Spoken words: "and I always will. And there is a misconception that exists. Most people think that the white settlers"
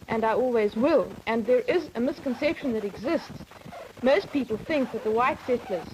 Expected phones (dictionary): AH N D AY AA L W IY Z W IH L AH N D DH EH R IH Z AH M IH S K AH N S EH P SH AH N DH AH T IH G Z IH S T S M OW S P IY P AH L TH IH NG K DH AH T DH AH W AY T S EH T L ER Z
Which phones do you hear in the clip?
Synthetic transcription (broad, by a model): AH N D AY AA L W IY Z W IH L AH N DH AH R IH Z AH M IH S K AH N S EH P SH AH N DH AH T IH G Z IH S T S M OW S P IY P AH L TH IH NG K DH AH T DH AH W AY T S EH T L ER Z